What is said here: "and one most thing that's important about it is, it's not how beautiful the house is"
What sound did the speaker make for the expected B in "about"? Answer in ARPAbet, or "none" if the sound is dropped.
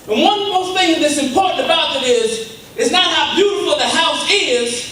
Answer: B